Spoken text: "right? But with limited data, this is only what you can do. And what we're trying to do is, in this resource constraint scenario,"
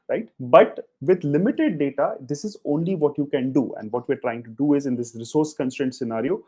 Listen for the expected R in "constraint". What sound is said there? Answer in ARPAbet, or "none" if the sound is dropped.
none